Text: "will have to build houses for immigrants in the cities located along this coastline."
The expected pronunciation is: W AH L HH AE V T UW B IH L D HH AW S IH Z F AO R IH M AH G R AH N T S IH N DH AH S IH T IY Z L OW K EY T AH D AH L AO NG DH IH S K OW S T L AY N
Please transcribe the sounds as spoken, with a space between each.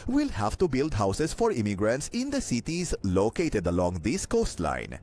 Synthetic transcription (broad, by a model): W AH L HH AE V T UW B IH L D HH AW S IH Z F AO R IH M AH G R AH N T S IH N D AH S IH T IY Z L OW K EY T AH D AH L AO NG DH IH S K OW S T L AY N